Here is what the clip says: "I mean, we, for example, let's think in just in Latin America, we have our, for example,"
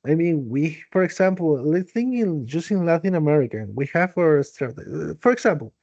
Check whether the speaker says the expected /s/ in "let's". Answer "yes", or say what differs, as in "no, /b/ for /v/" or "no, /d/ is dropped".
no, /s/ is dropped